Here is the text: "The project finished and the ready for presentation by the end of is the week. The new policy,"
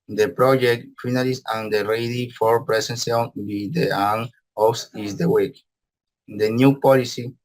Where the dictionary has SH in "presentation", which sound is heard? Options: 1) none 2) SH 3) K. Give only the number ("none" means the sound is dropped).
1